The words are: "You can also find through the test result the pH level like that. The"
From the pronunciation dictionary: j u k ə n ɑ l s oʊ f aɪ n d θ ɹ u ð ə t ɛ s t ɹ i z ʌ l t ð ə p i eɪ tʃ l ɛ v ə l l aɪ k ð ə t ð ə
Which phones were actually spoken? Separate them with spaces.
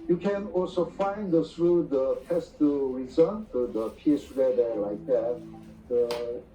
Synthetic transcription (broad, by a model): j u k ə n ɑ l s oʊ f aɪ n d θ ɹ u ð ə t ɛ s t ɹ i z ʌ n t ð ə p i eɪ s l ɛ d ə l l aɪ k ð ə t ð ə